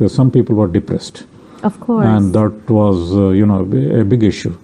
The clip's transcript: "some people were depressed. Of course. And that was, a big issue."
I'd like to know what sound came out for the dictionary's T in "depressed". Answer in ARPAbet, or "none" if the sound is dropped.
T